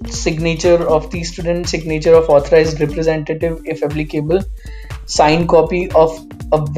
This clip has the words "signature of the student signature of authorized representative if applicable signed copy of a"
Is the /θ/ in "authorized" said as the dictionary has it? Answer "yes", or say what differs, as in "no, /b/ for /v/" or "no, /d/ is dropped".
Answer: no, /t/ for /θ/